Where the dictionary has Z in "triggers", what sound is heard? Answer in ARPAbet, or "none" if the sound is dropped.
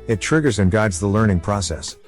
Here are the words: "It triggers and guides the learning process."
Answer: Z